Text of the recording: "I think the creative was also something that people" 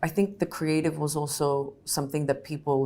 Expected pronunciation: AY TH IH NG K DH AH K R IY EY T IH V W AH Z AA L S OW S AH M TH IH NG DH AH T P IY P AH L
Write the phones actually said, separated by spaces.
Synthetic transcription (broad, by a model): AY TH IH NG K DH AH K R IY EY T IH V W AH Z AA L S OW S AH M TH IH NG DH AH T P IY P L